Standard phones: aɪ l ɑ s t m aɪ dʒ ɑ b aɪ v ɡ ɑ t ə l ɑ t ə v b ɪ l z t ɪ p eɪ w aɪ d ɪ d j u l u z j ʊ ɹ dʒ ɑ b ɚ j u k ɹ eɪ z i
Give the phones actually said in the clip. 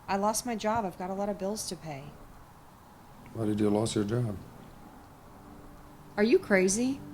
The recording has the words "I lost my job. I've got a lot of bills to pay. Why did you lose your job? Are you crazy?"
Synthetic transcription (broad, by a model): aɪ l ɑ s t m aɪ dʒ ɑ b aɪ v ɡ ɑ t ə l ɑ t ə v b ɪ l z t ɪ p eɪ w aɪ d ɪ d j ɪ l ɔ s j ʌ ɹ dʒ ɑ b ɚ j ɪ k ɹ eɪ z i